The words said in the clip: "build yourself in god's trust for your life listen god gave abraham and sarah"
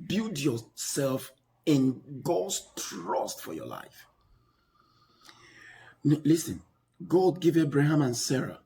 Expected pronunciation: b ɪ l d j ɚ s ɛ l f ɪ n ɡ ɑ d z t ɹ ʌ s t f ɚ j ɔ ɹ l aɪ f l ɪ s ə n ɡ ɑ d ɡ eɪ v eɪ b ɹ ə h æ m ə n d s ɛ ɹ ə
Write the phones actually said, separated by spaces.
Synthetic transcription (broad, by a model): b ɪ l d j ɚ s ɛ l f ɪ n ɡ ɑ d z t ɹ ʌ s t f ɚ j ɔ l aɪ f l ɪ s ə n ɡ ɑ d ɡ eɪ v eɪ b ɹ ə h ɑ m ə n s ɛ ɹ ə